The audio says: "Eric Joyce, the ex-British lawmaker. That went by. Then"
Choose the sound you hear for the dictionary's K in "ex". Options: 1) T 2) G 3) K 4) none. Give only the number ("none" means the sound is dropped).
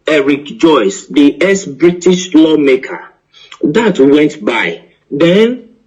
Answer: 4